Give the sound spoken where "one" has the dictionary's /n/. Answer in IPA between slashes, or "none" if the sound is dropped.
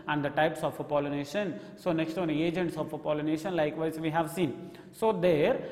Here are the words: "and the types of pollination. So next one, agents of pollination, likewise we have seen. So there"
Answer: none